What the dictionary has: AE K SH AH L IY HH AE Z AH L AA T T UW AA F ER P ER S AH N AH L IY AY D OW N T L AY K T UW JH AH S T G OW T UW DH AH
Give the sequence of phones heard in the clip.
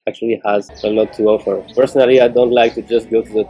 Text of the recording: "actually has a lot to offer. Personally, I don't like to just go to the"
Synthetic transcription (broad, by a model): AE K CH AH L IY HH AE Z AH L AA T T UW AA F ER P ER S AH N AH L IY AY D OW N T L AY K T UW JH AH S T G OW T UW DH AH